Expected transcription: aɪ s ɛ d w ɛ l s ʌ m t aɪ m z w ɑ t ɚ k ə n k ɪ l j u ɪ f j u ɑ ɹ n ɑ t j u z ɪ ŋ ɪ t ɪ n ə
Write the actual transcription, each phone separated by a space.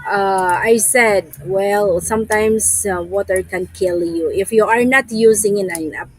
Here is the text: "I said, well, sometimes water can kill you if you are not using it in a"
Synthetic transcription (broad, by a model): aɪ s ɛ d w ɛ l s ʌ m t aɪ m s w ɑ t ɚ k ə n k ɪ l j u ɪ f j u ɑ ɹ n ɑ t j u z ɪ ŋ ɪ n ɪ n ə